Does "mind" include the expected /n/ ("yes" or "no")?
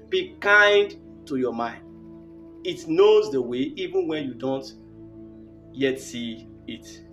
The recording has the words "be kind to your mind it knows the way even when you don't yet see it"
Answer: yes